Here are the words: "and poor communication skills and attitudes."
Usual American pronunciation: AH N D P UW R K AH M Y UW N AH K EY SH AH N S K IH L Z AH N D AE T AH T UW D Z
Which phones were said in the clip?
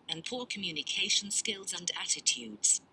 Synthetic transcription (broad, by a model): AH N P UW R K AH M Y UW N AH K EY SH AH N S K IH L Z AH N D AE T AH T UW D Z